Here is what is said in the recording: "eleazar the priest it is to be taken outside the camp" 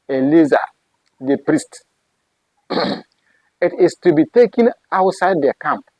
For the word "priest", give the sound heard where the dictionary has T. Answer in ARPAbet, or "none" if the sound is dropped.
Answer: T